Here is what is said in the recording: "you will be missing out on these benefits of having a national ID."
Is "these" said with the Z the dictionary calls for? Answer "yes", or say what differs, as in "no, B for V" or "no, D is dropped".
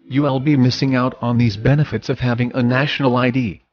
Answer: yes